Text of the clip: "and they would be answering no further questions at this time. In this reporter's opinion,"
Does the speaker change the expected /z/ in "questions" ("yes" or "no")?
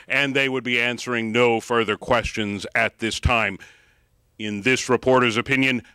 no